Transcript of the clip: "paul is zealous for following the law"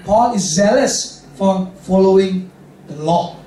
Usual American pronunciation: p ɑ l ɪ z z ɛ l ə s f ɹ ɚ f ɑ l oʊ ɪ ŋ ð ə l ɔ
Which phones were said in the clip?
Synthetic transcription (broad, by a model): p ɑ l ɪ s z ɛ l ə s f ɹ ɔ f ɑ l oʊ ɪ ŋ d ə l ɔ